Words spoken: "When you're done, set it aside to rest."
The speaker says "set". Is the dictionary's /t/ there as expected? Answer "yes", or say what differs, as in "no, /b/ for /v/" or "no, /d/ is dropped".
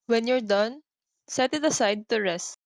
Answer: yes